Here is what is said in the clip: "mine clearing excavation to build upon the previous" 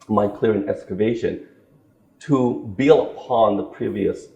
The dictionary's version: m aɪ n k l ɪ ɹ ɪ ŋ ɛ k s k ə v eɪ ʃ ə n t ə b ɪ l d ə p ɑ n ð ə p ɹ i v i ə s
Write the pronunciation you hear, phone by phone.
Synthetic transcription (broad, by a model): m aɪ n k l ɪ ɹ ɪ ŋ ɛ k s k ə v eɪ ʃ ə n t ə b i l ə p ɑ n ð ə p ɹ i v i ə s